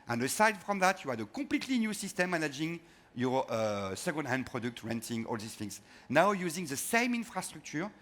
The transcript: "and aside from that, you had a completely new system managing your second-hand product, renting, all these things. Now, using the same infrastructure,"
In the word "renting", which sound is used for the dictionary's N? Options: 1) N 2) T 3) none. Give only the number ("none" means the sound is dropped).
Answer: 1